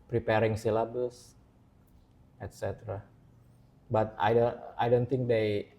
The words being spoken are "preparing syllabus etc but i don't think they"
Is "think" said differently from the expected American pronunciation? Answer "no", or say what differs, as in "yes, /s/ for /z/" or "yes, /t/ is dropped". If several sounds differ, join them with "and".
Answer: yes, /t/ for /θ/